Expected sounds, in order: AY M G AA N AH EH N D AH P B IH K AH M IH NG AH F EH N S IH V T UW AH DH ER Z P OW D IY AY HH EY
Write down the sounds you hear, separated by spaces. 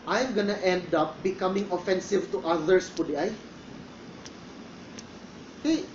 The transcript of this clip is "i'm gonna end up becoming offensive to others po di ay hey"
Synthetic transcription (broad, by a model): AY M G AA N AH EH N D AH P B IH K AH M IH NG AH F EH N S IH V T UW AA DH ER S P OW D IY AY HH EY